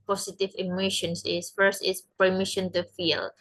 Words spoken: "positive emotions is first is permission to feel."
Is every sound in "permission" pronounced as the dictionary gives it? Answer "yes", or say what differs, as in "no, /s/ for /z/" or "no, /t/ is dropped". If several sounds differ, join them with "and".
yes